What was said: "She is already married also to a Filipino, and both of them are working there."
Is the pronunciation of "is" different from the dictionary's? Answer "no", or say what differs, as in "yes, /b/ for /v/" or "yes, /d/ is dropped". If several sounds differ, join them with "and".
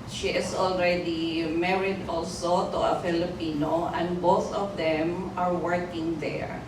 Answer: yes, /s/ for /z/